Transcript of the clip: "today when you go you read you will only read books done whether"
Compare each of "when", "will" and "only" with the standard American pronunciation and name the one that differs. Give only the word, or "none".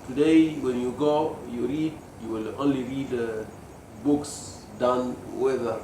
none